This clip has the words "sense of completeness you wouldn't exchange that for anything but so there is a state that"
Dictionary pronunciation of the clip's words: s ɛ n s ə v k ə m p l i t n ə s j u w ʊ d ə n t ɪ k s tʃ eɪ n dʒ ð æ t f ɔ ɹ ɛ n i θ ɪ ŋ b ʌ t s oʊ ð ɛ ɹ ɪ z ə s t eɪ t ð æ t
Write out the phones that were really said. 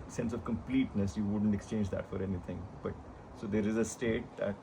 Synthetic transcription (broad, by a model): s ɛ n s ə v k ə m p l i t n ə s j u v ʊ d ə n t ɪ k s tʃ eɪ n dʒ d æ t f ɔ ɹ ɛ n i t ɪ ŋ b ʌ t s oʊ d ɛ ɹ ɪ z ə s t eɪ t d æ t